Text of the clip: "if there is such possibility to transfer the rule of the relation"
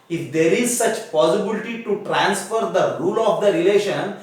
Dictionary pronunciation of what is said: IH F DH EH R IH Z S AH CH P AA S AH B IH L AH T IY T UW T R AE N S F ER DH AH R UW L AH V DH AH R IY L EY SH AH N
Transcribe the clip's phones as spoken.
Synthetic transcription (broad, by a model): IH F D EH R IH Z S AH CH P AA S AH B IH L AH T IY T UW T R AE N S F ER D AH R UW L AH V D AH R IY L EY SH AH N